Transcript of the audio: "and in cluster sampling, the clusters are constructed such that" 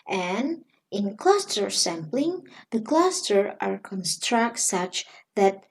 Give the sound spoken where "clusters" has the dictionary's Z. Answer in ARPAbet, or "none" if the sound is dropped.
none